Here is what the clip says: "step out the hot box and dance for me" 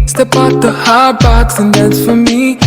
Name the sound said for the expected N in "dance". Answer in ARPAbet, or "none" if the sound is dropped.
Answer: none